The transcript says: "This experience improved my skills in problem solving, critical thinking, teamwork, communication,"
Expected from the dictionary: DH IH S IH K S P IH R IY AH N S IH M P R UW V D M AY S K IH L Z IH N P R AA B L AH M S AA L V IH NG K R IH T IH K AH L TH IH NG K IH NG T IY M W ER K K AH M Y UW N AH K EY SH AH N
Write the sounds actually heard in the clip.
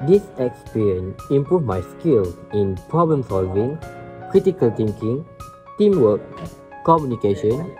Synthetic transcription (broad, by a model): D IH S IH K S P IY R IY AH N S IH M P R UW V M AY S K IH L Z IH N P R AA B L AH M S AA L V IH NG K R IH T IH K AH L T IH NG K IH NG T IY M W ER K K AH M Y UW N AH K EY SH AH N